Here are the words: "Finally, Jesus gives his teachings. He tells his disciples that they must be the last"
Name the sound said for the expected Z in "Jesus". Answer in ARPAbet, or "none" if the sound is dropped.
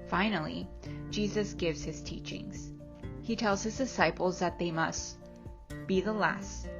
Z